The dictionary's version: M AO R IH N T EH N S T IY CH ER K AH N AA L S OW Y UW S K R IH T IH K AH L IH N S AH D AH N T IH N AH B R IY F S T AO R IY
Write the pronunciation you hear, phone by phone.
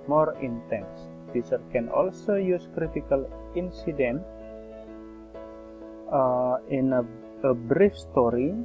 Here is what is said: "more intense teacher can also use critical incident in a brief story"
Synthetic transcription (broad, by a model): M AO R IH N T EH N S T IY S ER K AH N AA L S OW Y UW S K R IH T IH K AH L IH N S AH D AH N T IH N AH B R IY F S T AO R IY